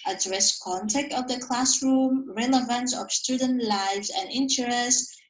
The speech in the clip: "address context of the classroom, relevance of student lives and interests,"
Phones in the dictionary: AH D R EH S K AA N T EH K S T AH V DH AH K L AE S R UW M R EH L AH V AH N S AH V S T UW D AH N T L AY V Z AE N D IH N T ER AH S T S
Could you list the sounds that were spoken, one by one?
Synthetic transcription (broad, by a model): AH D R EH S K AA N T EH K T AH V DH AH K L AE S R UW M R EH L AH V AH N S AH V S T UW D AH N T L AY V Z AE N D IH N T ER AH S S